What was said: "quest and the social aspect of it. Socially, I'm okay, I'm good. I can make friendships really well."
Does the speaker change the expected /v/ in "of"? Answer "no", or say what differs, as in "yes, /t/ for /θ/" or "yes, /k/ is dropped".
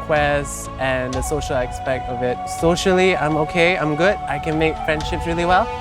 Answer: no